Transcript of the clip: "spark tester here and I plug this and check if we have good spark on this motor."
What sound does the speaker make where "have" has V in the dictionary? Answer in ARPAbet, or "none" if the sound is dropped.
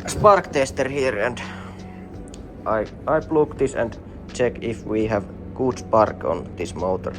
V